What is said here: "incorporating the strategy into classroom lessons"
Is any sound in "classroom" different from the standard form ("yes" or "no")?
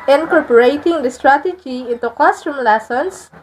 yes